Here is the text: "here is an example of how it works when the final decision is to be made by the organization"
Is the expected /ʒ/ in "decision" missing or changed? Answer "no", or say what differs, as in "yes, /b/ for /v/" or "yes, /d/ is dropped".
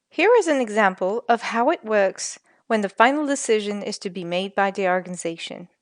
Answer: no